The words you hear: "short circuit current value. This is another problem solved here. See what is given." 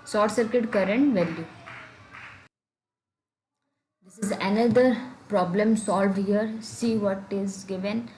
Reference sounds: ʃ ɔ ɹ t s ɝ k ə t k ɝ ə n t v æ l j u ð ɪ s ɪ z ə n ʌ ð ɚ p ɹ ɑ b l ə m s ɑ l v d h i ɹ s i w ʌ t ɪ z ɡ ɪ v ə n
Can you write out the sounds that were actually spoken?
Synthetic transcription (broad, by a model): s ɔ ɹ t s ɝ k ə t k ɝ ə n t v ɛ l j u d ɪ s ɪ z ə n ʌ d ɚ p ɹ ɑ b l ə m s ɑ l v d h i ɹ s i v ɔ t ɪ z ɡ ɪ v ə n